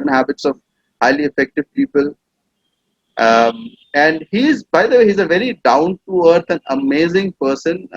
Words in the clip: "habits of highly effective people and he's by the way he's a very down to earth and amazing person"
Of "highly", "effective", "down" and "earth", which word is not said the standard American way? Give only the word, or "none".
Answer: earth